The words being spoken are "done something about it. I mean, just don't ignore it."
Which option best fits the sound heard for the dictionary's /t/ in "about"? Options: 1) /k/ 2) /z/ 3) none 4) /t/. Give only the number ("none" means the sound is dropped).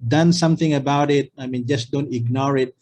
4